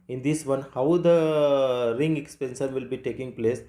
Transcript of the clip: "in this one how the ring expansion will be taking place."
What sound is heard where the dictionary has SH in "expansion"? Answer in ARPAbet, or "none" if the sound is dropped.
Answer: S